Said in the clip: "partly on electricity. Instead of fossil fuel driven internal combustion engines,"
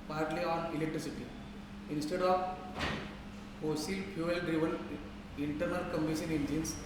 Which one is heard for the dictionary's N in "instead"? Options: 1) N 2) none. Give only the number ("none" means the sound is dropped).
1